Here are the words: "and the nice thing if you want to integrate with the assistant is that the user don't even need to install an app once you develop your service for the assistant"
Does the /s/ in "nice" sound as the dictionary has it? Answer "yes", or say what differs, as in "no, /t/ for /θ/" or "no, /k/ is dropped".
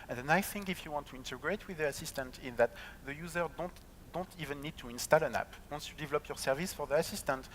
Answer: no, /s/ is dropped